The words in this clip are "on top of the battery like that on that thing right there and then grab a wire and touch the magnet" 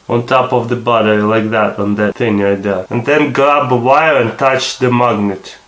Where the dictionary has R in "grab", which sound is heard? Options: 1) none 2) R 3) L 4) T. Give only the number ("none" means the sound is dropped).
1